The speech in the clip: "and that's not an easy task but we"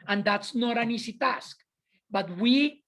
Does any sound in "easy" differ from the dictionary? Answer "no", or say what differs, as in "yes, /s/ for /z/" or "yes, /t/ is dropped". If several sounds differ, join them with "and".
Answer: yes, /s/ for /z/